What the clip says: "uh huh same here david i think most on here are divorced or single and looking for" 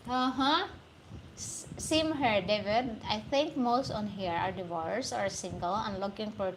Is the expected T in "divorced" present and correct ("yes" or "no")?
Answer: no